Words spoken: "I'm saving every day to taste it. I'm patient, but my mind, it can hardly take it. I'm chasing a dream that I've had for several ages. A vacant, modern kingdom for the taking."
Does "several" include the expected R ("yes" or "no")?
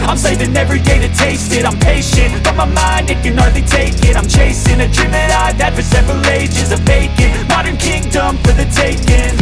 yes